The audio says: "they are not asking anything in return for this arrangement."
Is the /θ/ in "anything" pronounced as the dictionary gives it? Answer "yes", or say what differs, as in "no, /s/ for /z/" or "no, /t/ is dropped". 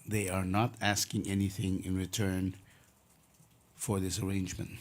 yes